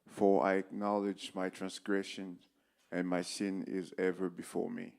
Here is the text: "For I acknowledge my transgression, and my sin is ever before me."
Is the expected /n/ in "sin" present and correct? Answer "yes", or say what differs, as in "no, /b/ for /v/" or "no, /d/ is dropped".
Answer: yes